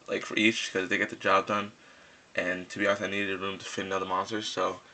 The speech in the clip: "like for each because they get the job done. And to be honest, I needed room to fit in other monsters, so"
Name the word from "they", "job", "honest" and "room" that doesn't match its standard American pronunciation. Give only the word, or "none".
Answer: honest